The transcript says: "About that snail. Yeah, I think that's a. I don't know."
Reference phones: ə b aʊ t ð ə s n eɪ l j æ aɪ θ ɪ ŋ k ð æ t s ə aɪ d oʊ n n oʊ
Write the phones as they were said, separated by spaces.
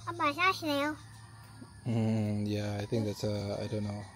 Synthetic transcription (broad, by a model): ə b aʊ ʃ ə ʃ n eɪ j j æ aɪ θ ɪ ŋ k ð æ t s ə aɪ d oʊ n n oʊ